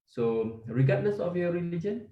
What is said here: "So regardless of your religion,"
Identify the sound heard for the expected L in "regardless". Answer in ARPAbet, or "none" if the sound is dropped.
N